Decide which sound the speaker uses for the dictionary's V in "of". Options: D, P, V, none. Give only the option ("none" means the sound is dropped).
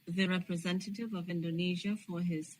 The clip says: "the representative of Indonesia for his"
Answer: V